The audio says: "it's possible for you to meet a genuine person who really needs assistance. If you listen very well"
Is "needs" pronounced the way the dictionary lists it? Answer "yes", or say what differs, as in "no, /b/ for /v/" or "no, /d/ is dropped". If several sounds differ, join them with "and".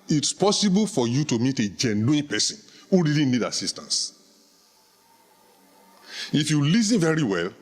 no, /z/ is dropped